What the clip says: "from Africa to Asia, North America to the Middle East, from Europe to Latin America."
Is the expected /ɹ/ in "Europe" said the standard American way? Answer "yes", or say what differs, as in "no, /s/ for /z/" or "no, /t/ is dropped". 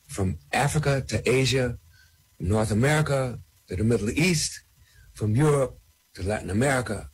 yes